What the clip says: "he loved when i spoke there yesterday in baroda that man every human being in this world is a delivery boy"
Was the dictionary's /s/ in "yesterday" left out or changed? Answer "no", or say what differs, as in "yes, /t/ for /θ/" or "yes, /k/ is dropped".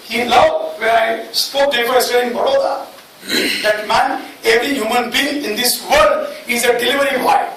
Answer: yes, /s/ is dropped